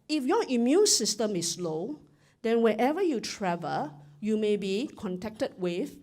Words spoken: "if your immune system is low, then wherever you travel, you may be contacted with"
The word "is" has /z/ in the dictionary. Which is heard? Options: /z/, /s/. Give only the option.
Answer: /s/